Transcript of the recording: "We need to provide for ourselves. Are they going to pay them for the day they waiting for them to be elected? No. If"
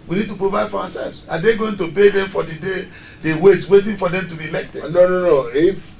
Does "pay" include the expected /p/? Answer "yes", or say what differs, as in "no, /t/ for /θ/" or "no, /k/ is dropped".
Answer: no, /b/ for /p/